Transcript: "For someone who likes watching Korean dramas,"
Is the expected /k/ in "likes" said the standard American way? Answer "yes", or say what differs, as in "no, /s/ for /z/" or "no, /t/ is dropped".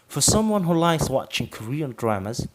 no, /k/ is dropped